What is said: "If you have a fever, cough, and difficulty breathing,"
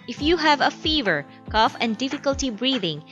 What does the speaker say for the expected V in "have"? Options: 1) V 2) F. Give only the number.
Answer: 1